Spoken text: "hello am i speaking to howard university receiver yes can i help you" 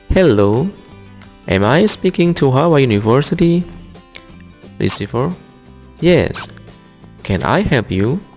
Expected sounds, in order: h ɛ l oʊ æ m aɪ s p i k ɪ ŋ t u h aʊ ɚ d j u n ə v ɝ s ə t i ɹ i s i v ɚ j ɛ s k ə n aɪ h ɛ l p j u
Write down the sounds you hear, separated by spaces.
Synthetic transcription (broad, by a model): h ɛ l oʊ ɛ m aɪ s p i k ɪ ŋ t u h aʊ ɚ j u n ə v ɝ s ə t i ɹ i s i f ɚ j ɛ s k ə n aɪ h ɛ l p j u